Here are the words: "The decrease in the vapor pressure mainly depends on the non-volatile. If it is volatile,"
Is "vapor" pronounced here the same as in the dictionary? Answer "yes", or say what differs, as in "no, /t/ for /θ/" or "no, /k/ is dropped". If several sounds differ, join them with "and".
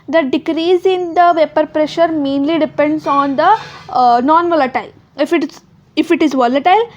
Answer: yes